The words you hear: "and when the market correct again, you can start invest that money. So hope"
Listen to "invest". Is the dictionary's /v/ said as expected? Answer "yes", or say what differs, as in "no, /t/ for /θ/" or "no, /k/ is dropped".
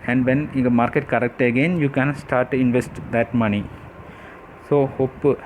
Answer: yes